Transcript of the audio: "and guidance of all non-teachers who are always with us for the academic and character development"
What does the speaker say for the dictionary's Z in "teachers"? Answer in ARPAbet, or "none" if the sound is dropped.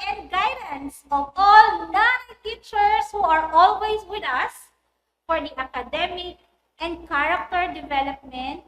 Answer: S